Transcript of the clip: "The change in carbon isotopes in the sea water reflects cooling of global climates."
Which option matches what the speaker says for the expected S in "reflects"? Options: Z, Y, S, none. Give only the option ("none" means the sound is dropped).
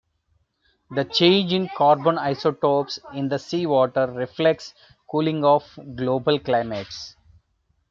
S